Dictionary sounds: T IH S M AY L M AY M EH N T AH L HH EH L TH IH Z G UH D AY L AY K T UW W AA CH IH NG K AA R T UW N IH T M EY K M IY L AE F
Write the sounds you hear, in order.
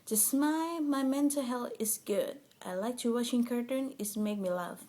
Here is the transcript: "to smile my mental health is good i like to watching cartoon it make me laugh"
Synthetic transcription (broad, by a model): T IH S M AY M AY M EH N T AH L HH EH L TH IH S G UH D AY L AY K T UW W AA SH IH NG K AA R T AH N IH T M EY K M IY L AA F